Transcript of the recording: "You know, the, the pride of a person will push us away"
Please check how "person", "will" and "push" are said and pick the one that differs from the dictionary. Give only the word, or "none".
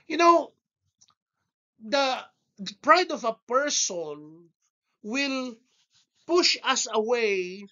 none